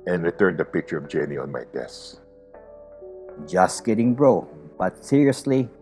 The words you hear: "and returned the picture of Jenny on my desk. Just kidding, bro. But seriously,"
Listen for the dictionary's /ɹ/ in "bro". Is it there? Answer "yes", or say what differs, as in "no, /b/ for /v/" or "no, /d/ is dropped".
yes